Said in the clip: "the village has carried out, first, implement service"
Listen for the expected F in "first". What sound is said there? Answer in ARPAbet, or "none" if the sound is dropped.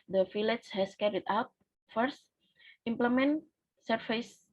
F